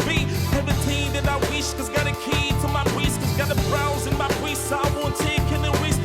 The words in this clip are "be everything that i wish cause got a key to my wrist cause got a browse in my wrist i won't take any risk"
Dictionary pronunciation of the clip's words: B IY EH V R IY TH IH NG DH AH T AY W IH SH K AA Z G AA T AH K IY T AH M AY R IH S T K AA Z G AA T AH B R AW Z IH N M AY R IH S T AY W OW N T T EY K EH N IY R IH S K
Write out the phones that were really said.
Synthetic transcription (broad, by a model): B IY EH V IY T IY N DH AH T AY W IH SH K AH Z G AA T AH K IY T AH M AY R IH S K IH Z G AA T AH B R AW Z IH N M AY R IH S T AY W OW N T T EY K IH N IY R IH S